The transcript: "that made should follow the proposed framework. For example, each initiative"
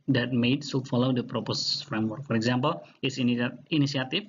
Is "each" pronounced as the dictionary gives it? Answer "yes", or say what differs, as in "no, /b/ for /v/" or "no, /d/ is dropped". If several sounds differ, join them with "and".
no, /s/ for /tʃ/